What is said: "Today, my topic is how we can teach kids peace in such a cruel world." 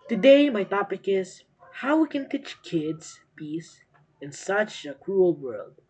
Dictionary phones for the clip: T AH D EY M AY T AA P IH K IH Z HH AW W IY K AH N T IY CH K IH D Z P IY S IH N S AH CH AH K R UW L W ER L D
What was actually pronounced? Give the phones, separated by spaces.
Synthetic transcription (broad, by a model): T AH D EY M AY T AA P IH K IH Z HH AW W IY K AH N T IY CH K IH D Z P IY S IH N S AH CH AH K R UW L W ER L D